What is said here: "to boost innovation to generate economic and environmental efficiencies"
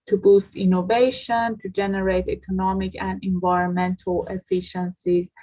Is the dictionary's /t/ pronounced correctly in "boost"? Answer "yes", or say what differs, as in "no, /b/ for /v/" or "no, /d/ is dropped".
yes